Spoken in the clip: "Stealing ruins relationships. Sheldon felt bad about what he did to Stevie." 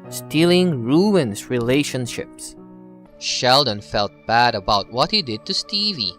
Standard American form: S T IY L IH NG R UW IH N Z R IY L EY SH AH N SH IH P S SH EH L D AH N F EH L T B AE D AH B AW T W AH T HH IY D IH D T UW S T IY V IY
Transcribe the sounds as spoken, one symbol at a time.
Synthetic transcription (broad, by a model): S T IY L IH NG R UW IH N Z R IY L EY SH AH N SH IH P S SH EH L D AH N F EH L T B AE D AH B AW T W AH T HH IY D IH D T UW S T IY V IY